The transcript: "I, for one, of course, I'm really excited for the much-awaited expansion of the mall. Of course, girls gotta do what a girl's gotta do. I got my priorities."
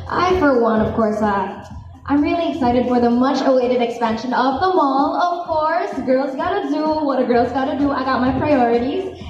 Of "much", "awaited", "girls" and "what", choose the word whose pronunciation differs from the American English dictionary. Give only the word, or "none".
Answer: none